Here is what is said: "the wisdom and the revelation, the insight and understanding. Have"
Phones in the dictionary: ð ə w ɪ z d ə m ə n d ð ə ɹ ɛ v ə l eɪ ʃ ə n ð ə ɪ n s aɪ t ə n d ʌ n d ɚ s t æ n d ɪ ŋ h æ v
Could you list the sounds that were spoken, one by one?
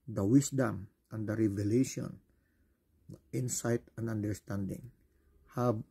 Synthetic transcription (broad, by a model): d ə w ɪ s d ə m ə n d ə ɹ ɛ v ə l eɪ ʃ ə n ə ɪ n s aɪ t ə n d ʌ n d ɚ s t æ n d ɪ ŋ h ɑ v